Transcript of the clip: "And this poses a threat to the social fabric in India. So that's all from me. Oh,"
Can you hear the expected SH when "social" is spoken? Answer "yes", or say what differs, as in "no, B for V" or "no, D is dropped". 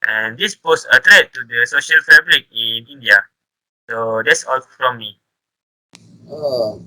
yes